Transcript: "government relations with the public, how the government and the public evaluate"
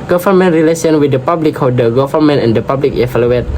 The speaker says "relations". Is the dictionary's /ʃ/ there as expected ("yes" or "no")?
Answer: no